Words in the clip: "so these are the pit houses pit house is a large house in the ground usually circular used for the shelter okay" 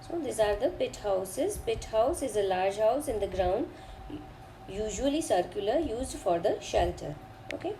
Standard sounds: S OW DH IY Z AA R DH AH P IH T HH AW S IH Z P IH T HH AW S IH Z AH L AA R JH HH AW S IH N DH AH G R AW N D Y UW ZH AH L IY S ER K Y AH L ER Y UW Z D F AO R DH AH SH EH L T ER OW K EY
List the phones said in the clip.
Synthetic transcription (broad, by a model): S OW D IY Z AA R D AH P IH T HH AW S IH Z P IH T HH AW S IH Z AH L AA R JH HH AW S IH N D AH G R AW N D Y UW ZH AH L IY S ER K Y AH L ER Y UW Z D F AO R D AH SH EH L T ER OW K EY